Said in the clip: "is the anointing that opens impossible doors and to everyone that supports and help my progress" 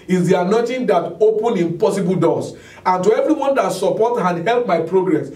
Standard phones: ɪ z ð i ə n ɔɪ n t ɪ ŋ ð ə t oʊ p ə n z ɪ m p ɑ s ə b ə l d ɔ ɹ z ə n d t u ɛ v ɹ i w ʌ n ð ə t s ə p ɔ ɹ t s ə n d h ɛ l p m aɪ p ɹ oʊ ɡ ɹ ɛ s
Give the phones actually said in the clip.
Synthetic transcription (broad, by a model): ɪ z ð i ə n ɔɪ n t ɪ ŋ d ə t oʊ p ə n ɪ m p ɑ s ə b ə l d ɔ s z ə n t u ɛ v ɹ i w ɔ n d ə t s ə p ɔ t ə n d h ɛ l p m aɪ p ɹ oʊ ɡ ɹ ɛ s